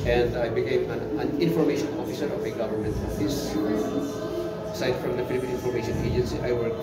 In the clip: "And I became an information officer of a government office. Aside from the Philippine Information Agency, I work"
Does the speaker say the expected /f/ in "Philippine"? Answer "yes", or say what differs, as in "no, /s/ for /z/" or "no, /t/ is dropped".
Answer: no, /p/ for /f/